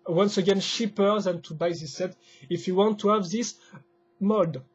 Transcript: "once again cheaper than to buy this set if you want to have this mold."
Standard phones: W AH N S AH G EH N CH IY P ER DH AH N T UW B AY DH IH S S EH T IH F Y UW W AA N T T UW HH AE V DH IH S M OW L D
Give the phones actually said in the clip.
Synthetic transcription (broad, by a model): W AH N S AH G EH N SH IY P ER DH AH N T UW B AY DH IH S S EH T IH F Y UW W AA N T T UW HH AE V DH IH S M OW D